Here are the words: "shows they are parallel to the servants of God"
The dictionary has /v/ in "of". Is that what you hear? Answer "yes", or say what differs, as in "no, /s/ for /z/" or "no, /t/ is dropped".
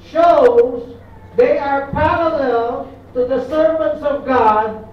yes